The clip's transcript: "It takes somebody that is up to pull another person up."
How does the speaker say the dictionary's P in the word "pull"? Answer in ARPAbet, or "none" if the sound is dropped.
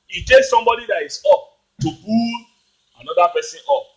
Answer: B